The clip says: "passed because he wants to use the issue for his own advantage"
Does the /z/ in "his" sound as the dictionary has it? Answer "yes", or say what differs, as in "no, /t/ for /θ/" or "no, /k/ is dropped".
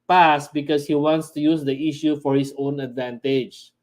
no, /s/ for /z/